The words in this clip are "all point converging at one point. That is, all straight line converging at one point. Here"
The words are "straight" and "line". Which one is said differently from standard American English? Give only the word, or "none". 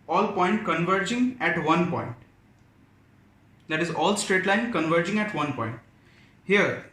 none